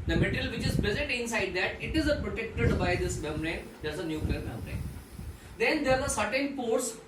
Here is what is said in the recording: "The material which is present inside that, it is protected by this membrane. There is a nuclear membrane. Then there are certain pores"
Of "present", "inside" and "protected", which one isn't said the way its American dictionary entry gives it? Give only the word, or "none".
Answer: present